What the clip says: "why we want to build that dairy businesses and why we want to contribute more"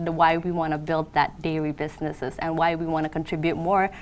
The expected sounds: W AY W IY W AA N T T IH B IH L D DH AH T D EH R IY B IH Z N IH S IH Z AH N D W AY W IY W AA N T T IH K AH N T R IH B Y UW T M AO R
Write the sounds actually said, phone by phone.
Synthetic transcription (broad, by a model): W AY W IY W AA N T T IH B IH L D DH AH T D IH L IY B IH Z N IH S IH Z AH N W AY W IY W AA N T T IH K AH N T R IH B Y UW T M AO R